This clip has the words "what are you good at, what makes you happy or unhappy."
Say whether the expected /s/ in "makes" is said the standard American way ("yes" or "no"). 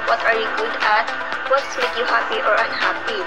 no